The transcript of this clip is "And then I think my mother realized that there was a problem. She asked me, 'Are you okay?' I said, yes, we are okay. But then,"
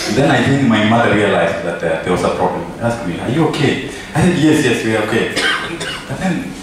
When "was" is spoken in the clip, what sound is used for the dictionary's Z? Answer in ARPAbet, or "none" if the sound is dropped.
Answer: S